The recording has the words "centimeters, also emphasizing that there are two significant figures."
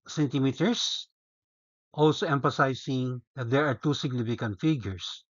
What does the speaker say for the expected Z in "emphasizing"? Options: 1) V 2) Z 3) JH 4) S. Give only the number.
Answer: 4